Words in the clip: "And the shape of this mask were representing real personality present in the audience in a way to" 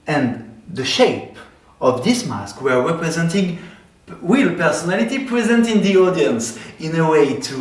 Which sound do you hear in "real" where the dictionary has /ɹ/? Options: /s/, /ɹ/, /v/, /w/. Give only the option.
/w/